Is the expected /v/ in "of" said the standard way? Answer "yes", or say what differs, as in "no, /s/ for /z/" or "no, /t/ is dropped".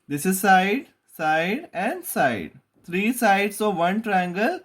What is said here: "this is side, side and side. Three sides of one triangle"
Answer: yes